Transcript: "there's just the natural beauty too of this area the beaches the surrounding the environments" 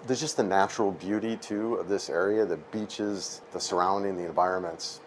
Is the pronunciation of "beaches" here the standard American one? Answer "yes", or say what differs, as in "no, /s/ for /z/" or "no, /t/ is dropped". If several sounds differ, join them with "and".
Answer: yes